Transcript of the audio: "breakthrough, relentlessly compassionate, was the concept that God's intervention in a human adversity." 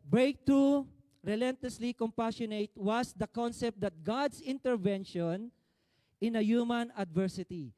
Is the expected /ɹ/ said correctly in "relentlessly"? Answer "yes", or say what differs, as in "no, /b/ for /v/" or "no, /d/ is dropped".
yes